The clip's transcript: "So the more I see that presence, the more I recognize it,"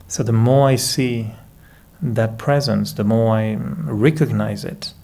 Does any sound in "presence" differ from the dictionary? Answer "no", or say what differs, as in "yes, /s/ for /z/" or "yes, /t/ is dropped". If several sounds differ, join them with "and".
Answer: no